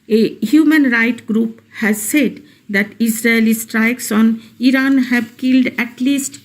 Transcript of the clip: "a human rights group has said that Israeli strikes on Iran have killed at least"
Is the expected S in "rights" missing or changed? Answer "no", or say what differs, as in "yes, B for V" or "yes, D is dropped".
yes, S is dropped